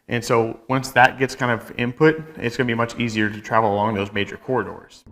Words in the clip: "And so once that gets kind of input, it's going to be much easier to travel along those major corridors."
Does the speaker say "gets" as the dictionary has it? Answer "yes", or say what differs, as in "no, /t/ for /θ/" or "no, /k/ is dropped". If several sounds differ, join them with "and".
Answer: yes